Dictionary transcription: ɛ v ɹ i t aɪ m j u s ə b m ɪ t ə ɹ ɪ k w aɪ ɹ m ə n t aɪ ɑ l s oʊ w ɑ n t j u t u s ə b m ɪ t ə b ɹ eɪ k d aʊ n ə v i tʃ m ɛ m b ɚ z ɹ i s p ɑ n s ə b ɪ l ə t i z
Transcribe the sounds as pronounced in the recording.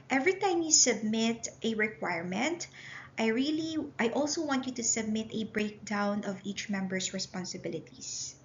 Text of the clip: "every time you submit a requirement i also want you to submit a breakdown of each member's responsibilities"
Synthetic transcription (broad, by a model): ɛ v ɹ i t aɪ m j u s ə b m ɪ t ə ɹ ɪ k w aɪ ɹ m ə n t aɪ ɑ l s oʊ w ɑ n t j u t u s ə b m ɪ t ə b ɹ eɪ k d aʊ n ə v i tʃ m ɛ m b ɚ s ɹ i s p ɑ n s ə b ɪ l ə t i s